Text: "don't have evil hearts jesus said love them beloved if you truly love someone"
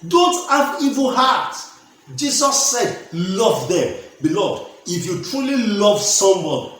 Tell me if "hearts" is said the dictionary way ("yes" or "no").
no